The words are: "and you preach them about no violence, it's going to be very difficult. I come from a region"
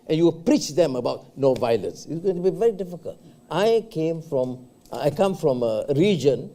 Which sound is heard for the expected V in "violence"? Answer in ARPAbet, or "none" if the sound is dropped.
V